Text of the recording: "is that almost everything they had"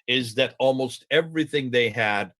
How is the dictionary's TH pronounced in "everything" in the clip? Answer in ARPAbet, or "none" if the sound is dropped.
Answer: TH